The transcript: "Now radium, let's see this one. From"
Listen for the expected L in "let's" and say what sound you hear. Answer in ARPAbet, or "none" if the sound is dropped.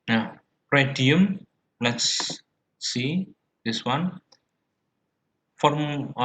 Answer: L